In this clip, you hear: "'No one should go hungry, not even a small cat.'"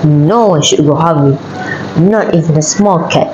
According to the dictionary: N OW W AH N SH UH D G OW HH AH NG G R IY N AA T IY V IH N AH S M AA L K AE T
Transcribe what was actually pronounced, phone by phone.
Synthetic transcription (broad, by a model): N OW W AH N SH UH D G OW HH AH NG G IY N AA T IY V IH N AH S M AA L K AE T